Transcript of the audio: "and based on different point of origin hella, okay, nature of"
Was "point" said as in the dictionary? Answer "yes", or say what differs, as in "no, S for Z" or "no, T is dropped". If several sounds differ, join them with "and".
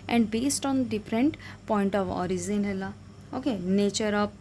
yes